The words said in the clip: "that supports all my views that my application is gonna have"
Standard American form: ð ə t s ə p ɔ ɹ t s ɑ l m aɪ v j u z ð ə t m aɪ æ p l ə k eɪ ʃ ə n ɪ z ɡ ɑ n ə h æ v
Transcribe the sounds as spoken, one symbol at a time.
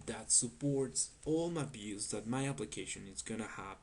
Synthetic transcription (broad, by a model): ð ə t s ə p ɔ ɹ t s ɑ l m aɪ b j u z ð ə t m aɪ æ p l ə k eɪ ʃ ə n ɪ z ɡ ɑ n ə h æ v